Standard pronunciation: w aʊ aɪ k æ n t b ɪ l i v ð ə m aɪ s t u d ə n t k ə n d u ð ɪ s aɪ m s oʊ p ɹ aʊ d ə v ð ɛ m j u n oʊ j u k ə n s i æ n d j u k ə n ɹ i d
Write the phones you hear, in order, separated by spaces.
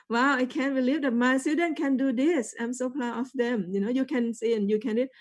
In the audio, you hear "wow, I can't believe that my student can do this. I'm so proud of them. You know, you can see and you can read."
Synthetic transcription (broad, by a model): w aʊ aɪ k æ n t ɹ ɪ l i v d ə m aɪ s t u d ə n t k ə n d u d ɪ s aɪ m s oʊ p l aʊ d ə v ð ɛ m j u n oʊ j u k ə n s i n j u k ə n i